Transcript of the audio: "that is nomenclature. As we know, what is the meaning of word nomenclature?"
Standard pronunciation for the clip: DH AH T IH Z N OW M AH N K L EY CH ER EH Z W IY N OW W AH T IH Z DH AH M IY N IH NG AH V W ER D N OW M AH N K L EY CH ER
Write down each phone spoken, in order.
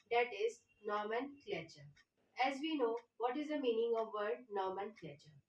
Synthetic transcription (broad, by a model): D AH T IH Z N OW M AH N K L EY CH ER EH Z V IY N OW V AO T IH Z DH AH M IY N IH NG AH V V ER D N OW M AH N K L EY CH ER